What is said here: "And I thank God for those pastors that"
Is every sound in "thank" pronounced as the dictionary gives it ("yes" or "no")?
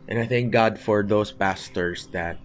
yes